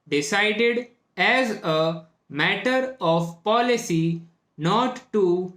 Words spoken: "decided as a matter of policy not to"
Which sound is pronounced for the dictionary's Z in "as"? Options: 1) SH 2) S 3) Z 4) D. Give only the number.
3